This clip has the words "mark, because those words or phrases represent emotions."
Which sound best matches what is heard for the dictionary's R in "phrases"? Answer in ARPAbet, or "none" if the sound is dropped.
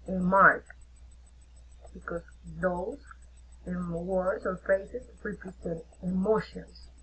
none